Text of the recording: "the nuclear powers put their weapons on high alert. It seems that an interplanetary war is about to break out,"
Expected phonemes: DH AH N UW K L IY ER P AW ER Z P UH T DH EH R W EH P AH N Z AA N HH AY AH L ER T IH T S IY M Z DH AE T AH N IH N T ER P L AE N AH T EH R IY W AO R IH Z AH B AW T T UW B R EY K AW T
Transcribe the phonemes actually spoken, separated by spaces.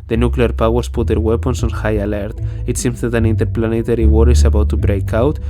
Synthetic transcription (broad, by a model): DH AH N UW K L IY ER P AW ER S P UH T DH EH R W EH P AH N S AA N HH AY AH L ER T IH T S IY M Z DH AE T AH N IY N T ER P L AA N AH T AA R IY W AO R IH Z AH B AW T T UW B R EY K AW T